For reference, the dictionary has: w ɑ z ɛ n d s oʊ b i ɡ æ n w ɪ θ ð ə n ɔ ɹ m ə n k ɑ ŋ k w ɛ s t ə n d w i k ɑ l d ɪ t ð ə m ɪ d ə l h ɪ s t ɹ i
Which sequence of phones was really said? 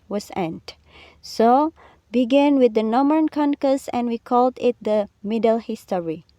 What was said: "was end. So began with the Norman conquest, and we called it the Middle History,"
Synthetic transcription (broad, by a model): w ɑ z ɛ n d s oʊ b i ɡ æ n w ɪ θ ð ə n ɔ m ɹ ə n k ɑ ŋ k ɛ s ə n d w i k ɑ l d ɪ t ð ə m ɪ d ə l h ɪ s t ɹ i